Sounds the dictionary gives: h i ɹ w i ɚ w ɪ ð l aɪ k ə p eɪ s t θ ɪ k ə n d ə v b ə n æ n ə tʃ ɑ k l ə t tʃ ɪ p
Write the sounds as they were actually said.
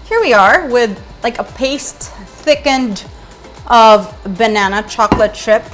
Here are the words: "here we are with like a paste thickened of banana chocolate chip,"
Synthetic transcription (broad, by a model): h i ɹ w i ɚ w ɪ ð l aɪ k ə p eɪ s t θ ɪ k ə n d ə v b ə n æ n ə tʃ ɑ k l ə t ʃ ɪ p